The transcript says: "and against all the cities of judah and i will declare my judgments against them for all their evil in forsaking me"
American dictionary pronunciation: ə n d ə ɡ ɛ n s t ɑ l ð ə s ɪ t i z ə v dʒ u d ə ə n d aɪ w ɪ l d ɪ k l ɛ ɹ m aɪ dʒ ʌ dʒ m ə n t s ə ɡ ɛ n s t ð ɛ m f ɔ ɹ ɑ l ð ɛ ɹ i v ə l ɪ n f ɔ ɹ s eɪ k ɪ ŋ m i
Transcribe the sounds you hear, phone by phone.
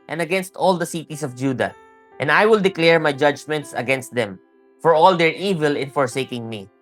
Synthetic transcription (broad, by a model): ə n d ə ɡ ɛ n s t ɑ l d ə s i t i s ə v dʒ u d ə ə n d aɪ w ɪ l d ɪ k l ɛ ɹ m aɪ dʒ ʌ dʒ m ə n t s ə ɡ ɛ n s t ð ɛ m f ɔ ɹ ɑ l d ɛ ɹ i v ə l ɪ n f ɔ ɹ s eɪ k ɪ ŋ m i